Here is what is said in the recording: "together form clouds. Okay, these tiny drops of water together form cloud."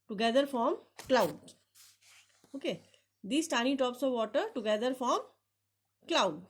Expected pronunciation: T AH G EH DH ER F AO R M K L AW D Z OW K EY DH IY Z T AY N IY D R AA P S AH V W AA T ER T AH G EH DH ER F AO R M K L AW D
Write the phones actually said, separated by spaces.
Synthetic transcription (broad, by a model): T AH G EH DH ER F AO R M K L AW D OW K EY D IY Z T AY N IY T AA P S AH V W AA T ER T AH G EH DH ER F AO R M K L AW D